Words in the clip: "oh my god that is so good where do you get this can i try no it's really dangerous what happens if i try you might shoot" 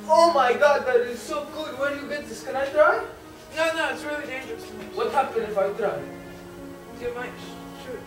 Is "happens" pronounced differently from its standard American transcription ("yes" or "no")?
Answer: yes